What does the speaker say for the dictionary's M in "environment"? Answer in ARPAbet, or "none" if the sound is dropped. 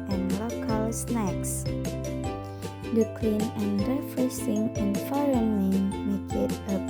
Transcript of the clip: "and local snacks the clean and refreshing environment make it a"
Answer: none